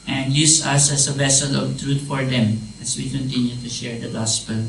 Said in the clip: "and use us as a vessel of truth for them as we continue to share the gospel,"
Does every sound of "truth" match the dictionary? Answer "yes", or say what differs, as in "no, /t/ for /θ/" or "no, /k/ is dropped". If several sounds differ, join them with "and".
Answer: no, /t/ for /θ/